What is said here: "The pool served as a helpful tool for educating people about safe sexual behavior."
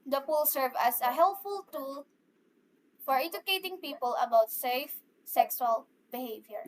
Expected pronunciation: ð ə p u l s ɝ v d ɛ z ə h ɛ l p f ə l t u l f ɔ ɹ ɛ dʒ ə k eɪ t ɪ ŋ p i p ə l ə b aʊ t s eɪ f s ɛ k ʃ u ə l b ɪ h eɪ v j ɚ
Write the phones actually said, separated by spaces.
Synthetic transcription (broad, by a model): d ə p u l s ɝ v ʌ s ə h ɛ l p f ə l t u l f ɔ ɹ ɛ dʒ ə k eɪ t ɪ ŋ p i p ə l ə b aʊ t s eɪ f s ɛ k s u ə l b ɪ h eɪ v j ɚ